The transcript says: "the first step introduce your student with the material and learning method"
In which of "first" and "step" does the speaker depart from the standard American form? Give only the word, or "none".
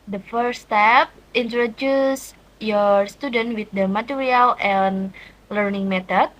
first